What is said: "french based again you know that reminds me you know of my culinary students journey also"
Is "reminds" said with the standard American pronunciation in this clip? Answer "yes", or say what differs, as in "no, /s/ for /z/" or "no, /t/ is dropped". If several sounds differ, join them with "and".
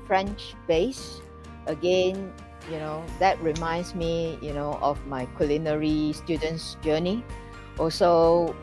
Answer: no, /s/ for /z/